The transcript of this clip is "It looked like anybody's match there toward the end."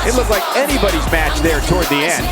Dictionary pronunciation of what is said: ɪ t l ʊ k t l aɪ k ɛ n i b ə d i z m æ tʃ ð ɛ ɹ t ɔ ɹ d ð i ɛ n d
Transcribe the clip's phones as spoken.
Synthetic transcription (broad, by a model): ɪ t l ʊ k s l aɪ k ɛ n i b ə d i z m æ tʃ ð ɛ ɹ t ɔ ɹ d ð i ɛ n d